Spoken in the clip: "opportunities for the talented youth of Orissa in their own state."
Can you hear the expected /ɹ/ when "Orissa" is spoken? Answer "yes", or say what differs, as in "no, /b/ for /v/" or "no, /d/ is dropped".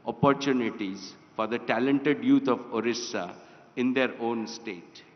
yes